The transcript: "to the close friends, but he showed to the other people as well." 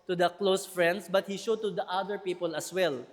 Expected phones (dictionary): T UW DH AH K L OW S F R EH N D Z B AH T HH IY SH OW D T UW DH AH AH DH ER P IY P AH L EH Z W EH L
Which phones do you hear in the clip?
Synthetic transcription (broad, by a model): T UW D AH K L OW S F R EH N D S B AH T HH IY SH OW D T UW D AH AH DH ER P IY P AH L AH S W EH L